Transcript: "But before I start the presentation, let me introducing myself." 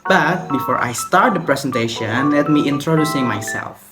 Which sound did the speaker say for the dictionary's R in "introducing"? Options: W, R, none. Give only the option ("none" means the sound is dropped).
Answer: R